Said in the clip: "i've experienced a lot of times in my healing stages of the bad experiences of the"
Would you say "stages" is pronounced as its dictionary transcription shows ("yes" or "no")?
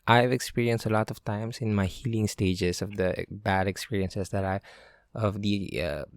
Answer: no